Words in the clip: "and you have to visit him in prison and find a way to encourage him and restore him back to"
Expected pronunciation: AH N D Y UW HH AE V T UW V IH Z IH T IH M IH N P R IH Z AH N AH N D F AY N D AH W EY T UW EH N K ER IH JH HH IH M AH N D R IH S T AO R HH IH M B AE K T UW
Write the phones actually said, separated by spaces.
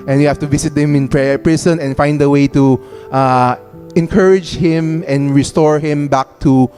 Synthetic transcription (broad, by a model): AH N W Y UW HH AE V T UW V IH S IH T IH M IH N P R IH S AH N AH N F AY N D AH W EY T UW EH N K ER IH JH HH IH M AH N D R IH S T AO R HH IH M B AE K T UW